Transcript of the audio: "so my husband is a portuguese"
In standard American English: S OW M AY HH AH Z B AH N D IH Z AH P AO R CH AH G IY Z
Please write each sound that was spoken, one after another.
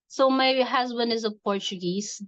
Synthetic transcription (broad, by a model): S OW M AY HH AH Z B AH N D IH Z AH P AO R CH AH G IY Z